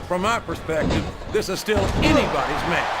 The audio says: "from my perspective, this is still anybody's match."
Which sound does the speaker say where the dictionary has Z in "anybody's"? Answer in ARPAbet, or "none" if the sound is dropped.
Z